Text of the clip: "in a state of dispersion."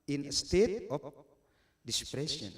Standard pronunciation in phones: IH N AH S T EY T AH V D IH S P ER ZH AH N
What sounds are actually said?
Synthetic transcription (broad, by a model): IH N AH S T EY T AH P D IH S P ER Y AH N